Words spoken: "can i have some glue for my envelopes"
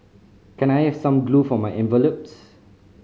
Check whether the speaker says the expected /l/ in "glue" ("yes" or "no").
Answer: yes